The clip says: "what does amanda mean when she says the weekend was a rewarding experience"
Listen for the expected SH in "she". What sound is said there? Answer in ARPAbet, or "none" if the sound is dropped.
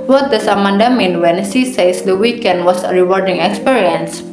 S